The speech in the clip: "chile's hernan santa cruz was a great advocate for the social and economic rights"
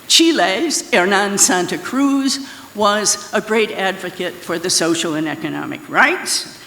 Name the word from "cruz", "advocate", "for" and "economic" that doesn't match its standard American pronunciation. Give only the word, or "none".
none